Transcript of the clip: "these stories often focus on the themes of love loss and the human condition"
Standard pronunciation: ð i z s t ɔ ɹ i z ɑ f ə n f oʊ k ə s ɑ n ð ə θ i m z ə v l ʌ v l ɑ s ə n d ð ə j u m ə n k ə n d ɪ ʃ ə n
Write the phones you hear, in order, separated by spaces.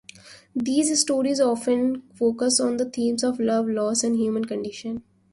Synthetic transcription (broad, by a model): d i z s t ɔ ɹ i z ɑ f ə n f oʊ k ə s ɑ n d ə t i m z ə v l ʌ v l ɑ s ə n d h j u m ə n k ə n d ɪ ʃ ə n